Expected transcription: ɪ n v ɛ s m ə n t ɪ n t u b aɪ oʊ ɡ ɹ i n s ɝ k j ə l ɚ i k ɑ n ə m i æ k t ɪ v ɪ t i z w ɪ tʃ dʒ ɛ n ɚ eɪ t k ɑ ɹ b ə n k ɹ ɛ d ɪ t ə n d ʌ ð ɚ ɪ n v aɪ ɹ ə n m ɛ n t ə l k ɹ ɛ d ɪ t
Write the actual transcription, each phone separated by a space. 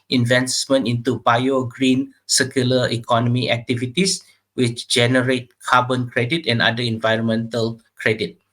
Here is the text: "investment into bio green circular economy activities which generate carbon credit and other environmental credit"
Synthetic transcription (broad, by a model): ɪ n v ɛ s m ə n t ɪ n t u b aɪ oʊ ɡ ɹ i n s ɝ k j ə l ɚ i k ɑ n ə m i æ k t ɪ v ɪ t i s w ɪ tʃ dʒ ɛ n ɚ eɪ t k ɑ b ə n k ɹ ɛ d ɪ t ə n d ʌ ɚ ɪ n v aɪ ɹ ə n m ɛ n t ə l k ɹ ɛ d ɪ t